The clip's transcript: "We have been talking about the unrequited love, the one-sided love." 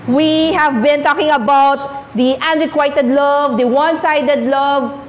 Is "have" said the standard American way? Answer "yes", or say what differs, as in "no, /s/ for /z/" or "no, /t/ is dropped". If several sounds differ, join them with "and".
yes